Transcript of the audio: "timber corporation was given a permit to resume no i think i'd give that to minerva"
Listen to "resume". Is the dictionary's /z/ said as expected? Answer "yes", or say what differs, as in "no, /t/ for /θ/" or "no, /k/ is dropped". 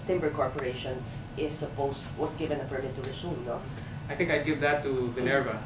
no, /s/ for /z/